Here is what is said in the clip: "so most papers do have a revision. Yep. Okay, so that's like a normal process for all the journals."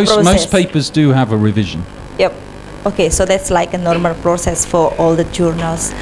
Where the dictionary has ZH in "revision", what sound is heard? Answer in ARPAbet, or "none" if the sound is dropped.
ZH